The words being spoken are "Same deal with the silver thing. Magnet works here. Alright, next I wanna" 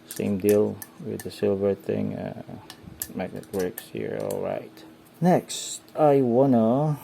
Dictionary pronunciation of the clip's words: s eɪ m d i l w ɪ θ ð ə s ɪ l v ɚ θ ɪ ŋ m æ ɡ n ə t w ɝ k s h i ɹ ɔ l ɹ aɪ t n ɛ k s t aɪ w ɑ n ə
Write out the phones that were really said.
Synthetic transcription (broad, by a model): s eɪ m d i l w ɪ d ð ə s ɪ l v ɚ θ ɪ ŋ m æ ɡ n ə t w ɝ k s h i ɹ ɔ l ɹ aɪ t n ɛ k s t aɪ w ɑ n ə